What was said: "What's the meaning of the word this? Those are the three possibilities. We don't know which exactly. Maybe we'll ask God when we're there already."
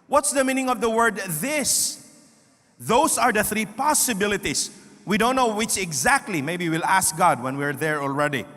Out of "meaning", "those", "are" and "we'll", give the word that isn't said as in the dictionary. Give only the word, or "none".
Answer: those